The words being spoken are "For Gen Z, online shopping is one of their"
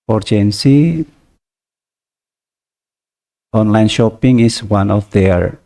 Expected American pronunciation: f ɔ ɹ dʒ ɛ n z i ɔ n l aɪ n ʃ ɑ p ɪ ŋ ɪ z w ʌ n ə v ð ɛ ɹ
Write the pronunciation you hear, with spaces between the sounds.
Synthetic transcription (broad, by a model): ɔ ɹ dʒ ɛ n s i ɔ n l aɪ n ʃ ɑ p ɪ ŋ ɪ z w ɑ n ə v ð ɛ ɹ